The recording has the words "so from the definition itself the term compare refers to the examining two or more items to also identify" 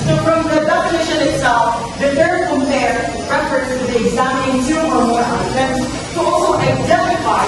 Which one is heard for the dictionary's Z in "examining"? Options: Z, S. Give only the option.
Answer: Z